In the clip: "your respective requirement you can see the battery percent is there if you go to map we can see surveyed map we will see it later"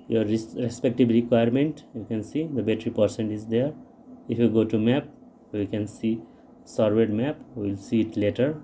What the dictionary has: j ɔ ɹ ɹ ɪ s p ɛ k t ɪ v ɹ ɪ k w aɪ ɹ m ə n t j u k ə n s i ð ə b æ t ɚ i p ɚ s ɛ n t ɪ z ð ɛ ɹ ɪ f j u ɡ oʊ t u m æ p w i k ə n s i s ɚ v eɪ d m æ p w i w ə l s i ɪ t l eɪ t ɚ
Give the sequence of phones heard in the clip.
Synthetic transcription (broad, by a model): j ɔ ɹ ɹ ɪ s p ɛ k t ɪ b ɹ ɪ k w aɪ ɹ m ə n t j u k ə n s i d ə b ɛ t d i p ɚ s ɛ n t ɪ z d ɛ ɹ ɪ f j u ɡ oʊ t u m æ p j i k ə n s i s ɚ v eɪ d m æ p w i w l s i ɪ t l eɪ t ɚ